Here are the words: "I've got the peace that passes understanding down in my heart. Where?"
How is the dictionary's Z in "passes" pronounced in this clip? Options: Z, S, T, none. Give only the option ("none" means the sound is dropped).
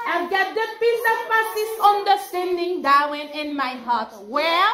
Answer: S